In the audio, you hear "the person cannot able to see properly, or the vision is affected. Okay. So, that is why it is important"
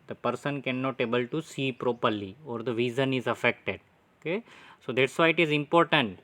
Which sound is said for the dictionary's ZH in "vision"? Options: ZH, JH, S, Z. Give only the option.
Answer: Z